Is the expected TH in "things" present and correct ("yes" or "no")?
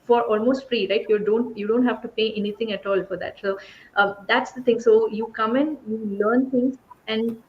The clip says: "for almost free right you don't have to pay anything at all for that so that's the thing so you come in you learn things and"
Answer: no